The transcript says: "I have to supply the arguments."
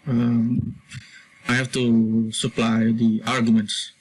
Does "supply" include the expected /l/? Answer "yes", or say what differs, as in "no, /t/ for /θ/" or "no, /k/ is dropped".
yes